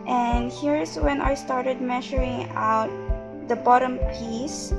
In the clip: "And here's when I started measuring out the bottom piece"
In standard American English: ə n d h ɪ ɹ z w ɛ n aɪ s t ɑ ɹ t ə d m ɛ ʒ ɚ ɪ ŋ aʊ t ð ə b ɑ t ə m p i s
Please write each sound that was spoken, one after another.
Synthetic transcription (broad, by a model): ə n d h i ɹ s w ɛ n aɪ s t ɑ ɹ t ə d m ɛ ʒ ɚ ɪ ŋ aʊ t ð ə b ɑ t ə m p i s